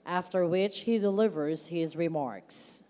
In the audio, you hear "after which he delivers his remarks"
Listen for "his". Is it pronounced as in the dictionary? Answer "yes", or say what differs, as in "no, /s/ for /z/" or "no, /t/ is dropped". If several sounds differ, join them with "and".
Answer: yes